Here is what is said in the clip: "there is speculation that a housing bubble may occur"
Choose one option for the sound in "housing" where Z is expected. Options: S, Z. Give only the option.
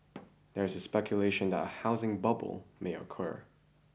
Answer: Z